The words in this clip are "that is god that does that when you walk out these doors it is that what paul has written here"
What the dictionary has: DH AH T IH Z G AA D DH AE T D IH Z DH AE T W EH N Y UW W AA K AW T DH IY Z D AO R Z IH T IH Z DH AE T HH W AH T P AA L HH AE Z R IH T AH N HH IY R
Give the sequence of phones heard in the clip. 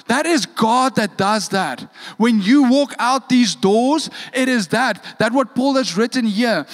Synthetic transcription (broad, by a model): DH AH T IH Z G AA D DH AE T D IH Z DH AE T W EH N Y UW W AA K AW T DH IY Z D AO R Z IH T IH Z DH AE T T W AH T P AA L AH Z R IH T AH N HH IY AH